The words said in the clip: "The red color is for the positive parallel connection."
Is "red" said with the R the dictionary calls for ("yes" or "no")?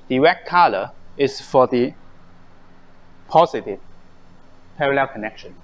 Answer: no